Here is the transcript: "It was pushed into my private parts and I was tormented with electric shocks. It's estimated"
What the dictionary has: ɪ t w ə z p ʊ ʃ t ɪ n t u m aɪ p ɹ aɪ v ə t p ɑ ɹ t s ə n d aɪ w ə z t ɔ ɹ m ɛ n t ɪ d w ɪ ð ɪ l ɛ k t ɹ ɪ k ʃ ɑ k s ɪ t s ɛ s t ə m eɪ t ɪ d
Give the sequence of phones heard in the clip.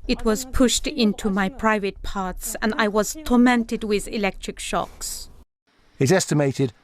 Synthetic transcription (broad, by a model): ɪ t w ə z p ʊ ʃ t ɪ n t u m aɪ p ɹ aɪ v ə t p ɑ ɹ t s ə n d aɪ w ə z t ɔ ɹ m ɛ n t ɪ d w ɪ ð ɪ l ɛ k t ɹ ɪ k ʃ ɑ k s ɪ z ɛ s t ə m eɪ t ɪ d